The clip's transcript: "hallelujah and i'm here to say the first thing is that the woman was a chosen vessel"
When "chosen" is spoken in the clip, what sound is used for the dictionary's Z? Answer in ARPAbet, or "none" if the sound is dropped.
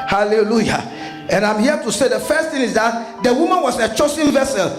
S